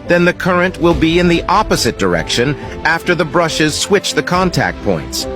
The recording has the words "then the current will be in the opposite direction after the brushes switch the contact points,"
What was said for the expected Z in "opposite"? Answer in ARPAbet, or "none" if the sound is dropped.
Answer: Z